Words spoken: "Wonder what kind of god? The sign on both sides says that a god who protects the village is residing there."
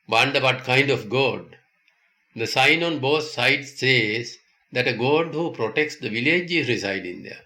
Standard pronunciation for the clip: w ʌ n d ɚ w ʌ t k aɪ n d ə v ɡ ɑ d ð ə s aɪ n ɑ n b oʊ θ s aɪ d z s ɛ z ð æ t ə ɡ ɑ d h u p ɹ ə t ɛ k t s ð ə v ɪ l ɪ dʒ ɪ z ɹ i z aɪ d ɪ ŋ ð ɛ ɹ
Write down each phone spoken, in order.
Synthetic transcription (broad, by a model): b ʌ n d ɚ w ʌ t k aɪ n d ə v ɡ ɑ d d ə s aɪ n ɑ n b oʊ t s aɪ d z s ɛ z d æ t ə ɡ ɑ d h u p ɹ ə t ɛ k t s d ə v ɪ l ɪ dʒ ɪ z ɹ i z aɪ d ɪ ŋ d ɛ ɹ